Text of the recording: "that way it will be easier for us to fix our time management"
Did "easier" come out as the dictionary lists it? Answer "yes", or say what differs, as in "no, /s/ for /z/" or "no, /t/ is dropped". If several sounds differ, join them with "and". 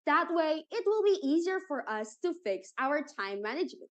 yes